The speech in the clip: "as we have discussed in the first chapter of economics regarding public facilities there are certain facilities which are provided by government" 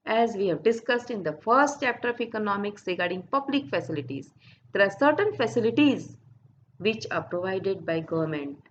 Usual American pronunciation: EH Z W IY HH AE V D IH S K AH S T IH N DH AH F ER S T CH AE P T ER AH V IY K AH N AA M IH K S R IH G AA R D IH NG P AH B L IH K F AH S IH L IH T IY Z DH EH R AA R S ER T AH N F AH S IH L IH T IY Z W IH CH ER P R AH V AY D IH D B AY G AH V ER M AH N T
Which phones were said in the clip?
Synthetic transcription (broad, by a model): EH Z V IY HH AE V D IH S K AH S T IH N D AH F ER S T CH AE P T ER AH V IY K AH N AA M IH K S R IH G AA R D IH NG P AH B L IH K F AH S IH L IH T IY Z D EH R AA R S ER T AH N F AH S IH L IH T IY Z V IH CH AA P R AH V AY D IH D B AY G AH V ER M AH N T